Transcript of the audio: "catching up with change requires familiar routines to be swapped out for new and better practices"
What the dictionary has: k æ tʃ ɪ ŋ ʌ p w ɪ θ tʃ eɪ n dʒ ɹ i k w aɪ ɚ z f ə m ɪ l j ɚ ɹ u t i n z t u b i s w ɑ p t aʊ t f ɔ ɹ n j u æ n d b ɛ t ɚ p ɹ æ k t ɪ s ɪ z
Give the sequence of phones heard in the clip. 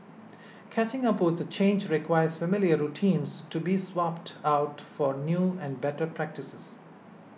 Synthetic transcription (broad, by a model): k æ tʃ ɪ ŋ ʌ p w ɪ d tʃ eɪ n dʒ ɹ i k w aɪ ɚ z f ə m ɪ l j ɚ ɹ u t i n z t u b i s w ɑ p t aʊ t f ɔ ɹ n j u æ n d b ɛ t ɚ p ɹ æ k t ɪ s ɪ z